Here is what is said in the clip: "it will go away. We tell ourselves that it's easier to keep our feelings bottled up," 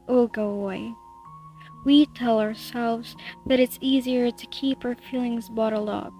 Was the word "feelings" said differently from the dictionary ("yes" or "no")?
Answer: no